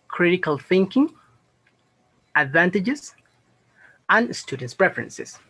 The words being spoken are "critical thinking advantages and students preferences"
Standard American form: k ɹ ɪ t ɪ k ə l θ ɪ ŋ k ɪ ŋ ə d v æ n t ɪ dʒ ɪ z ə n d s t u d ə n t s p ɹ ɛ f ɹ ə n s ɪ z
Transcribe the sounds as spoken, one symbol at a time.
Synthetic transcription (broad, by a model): k ɹ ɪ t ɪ k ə l θ ɪ ŋ k ɪ ŋ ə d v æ n t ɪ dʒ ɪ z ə n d s t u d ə n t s p ɹ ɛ f ɹ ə n s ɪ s